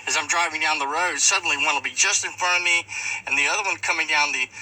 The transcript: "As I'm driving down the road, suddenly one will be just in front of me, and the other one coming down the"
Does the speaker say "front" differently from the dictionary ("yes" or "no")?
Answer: yes